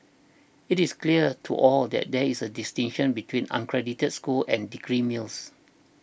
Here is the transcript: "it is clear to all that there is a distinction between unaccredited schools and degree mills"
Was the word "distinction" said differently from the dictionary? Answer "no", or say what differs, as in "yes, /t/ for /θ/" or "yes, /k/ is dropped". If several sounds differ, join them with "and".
yes, /k/ is dropped